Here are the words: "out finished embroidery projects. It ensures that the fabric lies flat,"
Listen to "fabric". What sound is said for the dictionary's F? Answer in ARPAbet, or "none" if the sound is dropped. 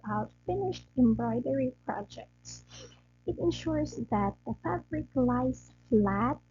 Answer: F